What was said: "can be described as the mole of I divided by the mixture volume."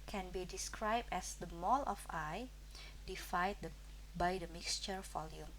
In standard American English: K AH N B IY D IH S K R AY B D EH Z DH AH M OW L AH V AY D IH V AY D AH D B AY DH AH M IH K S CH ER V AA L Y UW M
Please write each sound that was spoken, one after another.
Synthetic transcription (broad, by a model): K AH N B IY D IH S K R AY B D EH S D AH M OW L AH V AY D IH F AY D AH B AY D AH M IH K S CH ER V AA L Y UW M